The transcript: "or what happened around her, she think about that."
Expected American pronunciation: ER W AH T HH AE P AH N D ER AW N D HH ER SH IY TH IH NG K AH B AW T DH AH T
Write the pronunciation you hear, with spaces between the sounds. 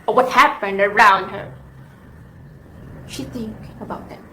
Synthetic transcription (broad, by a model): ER W AH T HH AE P AH N D ER AW N D HH ER SH IY TH IH NG K AH B AW T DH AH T